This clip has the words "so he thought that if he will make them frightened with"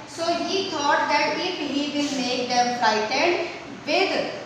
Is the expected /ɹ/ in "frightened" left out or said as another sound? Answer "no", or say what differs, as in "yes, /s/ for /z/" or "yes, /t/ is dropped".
yes, /ɹ/ is dropped